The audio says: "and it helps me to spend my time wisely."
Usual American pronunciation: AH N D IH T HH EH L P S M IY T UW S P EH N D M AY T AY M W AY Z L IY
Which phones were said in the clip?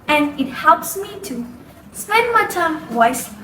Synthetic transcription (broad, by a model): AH N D IH T HH EH L P S M IY T UW S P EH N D M AY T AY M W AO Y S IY